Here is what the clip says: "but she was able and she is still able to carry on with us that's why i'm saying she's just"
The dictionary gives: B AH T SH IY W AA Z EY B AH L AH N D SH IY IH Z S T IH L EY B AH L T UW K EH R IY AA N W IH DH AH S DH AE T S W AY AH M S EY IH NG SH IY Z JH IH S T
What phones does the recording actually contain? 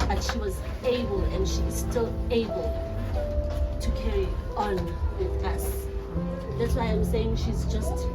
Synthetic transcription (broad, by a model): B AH T SH IY W AA Z EY B AH L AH N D SH IY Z S T IH L EY B AH L T UW K EH R IY AA N W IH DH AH S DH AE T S W AY AH M S EY IH NG SH IY Z JH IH S T